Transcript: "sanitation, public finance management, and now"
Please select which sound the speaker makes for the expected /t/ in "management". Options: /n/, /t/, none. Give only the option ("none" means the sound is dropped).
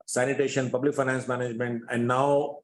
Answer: /t/